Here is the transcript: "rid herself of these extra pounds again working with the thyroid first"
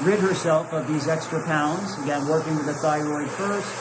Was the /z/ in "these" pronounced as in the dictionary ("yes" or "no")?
yes